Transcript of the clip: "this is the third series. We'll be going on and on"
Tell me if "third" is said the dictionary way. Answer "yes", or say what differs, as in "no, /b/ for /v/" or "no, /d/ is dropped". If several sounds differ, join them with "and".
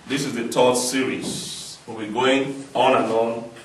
no, /t/ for /θ/